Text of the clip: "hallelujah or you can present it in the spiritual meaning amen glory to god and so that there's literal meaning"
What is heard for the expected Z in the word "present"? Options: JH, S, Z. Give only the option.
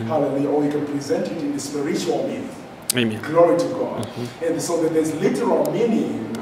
Z